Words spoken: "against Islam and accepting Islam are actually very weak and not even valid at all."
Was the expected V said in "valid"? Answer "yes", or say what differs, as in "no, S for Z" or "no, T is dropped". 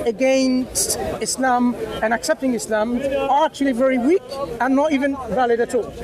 yes